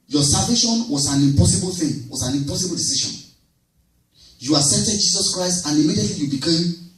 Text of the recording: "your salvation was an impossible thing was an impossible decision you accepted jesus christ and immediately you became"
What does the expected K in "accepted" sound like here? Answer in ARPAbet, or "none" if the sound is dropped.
none